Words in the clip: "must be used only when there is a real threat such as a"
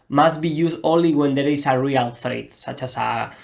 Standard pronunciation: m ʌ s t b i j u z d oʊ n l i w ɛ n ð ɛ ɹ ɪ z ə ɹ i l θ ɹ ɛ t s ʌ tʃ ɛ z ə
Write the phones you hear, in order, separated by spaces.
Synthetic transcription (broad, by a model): m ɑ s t b i j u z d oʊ l i w ɛ n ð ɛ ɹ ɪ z ə ɹ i l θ ɹ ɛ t s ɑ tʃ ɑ s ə